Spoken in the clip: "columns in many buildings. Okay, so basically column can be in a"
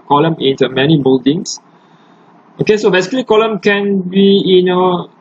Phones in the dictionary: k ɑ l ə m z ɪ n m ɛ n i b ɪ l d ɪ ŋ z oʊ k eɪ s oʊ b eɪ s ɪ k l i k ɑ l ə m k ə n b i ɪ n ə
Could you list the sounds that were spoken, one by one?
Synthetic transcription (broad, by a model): k ɑ l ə m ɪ n m ɛ n i b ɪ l d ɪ ŋ s oʊ k eɪ s oʊ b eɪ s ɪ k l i k ɑ l ə m k ə n b i ɪ n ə